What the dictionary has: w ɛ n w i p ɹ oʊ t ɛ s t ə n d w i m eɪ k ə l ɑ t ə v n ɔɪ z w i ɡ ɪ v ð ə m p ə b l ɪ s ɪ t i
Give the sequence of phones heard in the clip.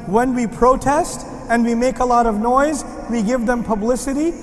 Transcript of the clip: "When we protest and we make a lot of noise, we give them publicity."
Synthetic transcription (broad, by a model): w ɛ n w i p ɹ oʊ t ɛ s t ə n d w i m eɪ k ə l ɑ t ə v n ɔɪ z w i ɡ ɪ v ð ə m p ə b l ɪ s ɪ t i